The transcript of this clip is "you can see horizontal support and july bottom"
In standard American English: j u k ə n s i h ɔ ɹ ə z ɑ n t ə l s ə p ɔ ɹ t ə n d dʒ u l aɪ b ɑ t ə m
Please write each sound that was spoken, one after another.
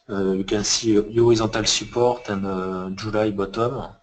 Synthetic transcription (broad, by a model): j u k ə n s i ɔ ɹ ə z ɑ t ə l s ə p ɔ ɹ t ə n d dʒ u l aɪ b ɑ t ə m